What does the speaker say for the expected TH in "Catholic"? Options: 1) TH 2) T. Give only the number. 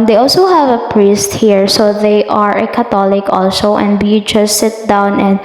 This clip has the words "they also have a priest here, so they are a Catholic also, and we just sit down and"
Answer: 2